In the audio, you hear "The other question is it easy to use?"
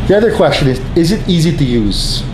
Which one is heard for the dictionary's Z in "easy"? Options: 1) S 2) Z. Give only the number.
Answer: 2